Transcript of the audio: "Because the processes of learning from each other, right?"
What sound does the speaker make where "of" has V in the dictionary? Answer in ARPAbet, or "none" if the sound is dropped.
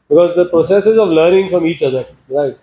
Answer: V